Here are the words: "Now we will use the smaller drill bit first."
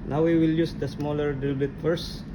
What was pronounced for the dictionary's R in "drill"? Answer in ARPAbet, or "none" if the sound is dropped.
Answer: none